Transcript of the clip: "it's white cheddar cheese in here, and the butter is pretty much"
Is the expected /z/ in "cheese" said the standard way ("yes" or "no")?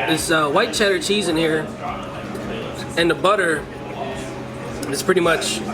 yes